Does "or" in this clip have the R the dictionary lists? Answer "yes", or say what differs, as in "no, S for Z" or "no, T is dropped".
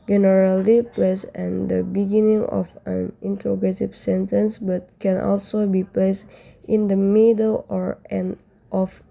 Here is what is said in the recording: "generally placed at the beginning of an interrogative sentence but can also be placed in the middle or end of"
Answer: yes